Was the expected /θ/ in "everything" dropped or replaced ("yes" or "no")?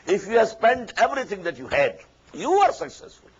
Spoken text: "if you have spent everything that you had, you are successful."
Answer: yes